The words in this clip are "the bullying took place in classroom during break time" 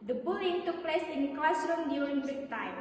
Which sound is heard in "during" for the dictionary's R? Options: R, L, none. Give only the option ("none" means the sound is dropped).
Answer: L